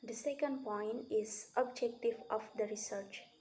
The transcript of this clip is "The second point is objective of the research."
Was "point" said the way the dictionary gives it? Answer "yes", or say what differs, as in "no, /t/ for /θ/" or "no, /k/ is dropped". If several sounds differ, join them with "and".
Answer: yes